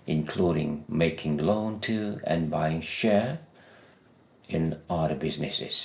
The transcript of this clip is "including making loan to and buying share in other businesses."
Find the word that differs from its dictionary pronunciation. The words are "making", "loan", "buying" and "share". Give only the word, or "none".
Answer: none